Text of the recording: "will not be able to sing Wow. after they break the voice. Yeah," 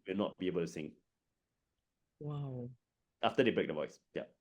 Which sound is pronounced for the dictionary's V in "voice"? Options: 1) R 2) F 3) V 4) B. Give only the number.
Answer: 3